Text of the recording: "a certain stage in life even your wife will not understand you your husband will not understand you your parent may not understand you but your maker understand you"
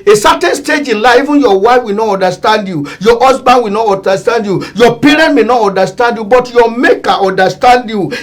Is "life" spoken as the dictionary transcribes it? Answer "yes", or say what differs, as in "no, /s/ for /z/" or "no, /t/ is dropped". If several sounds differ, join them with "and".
no, /f/ is dropped